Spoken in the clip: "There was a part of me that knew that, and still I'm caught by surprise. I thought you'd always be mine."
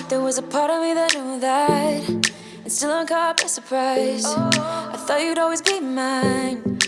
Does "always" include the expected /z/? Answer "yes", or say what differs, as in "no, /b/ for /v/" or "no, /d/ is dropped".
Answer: yes